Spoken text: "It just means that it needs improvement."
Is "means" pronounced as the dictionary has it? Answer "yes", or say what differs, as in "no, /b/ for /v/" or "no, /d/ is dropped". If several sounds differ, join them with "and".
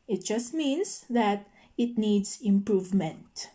no, /s/ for /z/